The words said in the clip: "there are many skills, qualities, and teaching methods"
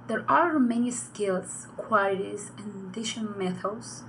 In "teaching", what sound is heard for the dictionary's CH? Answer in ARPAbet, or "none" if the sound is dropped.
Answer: SH